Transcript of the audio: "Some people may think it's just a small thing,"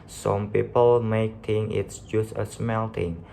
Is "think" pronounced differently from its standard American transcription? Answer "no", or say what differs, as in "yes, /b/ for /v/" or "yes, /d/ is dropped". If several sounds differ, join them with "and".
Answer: yes, /t/ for /θ/ and /k/ is dropped